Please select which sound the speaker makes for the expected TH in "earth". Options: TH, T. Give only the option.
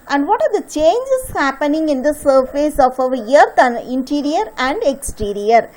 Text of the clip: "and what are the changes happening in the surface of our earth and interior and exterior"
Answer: T